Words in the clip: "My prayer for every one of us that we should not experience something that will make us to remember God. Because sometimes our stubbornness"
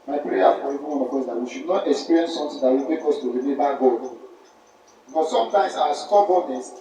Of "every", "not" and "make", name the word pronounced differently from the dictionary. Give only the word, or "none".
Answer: every